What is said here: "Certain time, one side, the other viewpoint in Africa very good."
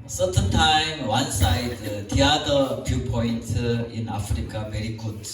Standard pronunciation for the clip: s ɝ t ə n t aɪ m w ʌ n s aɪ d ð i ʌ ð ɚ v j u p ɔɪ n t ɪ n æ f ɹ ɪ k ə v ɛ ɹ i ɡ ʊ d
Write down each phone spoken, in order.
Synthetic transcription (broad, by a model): s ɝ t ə n t aɪ m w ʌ n s aɪ d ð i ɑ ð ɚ f j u p ɔɪ n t ɪ n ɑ f ɹ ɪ k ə v ɛ ɹ i ɡ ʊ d